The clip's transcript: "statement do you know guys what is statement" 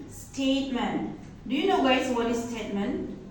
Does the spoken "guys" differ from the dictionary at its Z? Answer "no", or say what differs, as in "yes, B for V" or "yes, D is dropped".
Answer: yes, S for Z